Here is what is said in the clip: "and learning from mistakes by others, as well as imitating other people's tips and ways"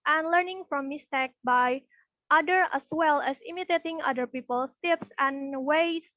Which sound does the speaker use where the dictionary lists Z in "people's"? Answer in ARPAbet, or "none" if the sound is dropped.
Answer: none